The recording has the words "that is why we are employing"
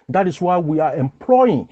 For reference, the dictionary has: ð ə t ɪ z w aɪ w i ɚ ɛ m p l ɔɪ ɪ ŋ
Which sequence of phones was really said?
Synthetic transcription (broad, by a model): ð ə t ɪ s w aɪ w i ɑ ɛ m p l ɔɪ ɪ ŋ